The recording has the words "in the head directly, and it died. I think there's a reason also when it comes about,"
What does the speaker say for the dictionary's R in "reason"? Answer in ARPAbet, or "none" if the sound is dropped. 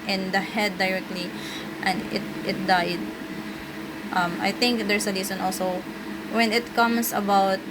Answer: L